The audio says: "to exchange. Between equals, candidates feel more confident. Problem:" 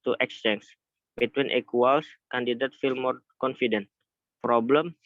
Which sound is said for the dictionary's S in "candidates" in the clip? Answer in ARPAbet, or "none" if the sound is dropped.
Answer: none